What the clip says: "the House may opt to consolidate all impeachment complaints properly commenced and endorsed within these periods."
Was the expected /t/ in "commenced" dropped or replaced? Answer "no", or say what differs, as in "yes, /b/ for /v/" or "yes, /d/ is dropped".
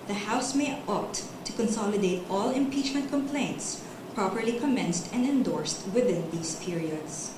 no